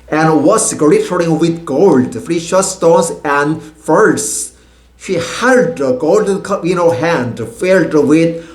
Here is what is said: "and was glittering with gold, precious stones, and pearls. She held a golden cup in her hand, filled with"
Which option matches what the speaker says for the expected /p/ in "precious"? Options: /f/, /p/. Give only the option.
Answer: /f/